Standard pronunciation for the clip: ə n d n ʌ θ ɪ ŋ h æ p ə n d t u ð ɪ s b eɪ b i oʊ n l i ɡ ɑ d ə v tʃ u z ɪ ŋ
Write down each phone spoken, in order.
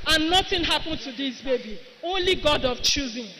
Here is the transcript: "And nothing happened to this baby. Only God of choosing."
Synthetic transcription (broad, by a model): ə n n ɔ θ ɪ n h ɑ p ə n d t u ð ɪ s b eɪ b i oʊ n l i ɡ ɑ d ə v tʃ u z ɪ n